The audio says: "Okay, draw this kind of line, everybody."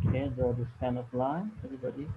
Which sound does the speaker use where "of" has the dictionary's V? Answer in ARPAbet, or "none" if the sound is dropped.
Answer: P